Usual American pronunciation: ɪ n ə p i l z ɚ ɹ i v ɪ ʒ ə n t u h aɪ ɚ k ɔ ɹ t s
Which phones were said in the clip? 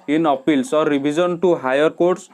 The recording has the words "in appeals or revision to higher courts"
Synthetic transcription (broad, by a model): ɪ n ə p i l s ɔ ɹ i b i z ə n t u h aɪ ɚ k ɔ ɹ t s